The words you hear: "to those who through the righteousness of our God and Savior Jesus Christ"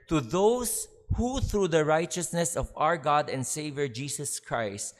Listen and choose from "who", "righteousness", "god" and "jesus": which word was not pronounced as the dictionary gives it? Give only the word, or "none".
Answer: jesus